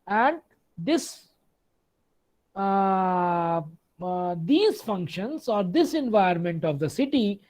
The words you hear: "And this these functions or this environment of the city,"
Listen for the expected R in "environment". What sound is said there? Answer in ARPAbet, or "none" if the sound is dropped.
none